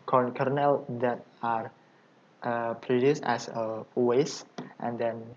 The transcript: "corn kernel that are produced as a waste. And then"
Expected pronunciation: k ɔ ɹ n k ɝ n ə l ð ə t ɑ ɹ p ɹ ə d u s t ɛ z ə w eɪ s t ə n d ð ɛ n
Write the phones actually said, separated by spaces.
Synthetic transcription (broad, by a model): k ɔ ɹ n k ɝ n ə l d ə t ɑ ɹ p ɹ ə d u s t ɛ s ə w eɪ s t ə n d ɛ n